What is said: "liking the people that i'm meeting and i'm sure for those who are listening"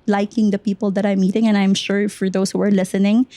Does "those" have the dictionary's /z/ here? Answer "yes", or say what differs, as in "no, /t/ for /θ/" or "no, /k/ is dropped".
no, /s/ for /z/